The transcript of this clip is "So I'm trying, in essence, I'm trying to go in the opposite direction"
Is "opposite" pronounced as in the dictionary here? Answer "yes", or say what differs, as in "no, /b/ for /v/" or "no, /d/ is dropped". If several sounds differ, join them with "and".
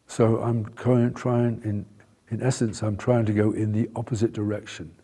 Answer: yes